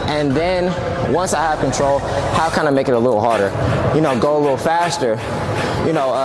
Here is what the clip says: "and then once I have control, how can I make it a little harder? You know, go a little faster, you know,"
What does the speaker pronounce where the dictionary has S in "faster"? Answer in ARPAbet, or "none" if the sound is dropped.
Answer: S